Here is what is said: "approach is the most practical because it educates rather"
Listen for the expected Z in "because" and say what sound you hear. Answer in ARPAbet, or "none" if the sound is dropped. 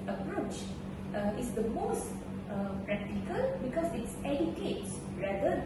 S